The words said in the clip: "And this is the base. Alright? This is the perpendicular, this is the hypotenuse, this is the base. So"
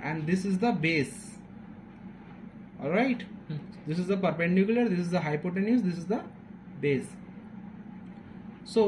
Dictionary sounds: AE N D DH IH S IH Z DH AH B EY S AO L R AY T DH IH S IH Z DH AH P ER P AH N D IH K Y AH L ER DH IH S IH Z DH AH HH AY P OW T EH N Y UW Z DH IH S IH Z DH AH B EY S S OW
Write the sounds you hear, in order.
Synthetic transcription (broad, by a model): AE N D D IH S IH Z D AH B EY S AO L R AY T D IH S IH Z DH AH P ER P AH N D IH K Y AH L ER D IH S IH Z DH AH HH AY P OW T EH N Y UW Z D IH S IH Z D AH B EY S S OW